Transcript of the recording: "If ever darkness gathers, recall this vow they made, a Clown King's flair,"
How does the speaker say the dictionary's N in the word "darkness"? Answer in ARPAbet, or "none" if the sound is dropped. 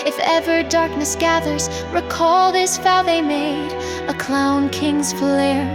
N